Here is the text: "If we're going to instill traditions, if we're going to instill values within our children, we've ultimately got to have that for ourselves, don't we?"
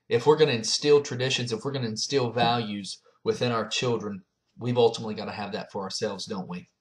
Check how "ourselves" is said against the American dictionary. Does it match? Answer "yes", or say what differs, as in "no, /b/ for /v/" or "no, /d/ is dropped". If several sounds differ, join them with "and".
yes